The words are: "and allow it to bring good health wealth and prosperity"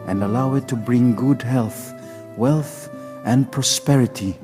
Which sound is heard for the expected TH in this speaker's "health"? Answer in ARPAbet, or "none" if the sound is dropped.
TH